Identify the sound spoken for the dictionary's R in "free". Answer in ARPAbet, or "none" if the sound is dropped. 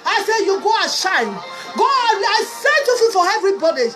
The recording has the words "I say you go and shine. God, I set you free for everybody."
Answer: none